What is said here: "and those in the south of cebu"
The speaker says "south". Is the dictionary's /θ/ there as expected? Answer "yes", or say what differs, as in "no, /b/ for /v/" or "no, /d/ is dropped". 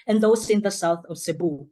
yes